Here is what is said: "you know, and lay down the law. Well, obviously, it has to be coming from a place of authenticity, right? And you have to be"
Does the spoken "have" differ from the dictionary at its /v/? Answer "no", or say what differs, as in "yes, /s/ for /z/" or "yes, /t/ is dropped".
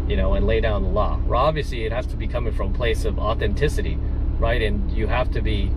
yes, /f/ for /v/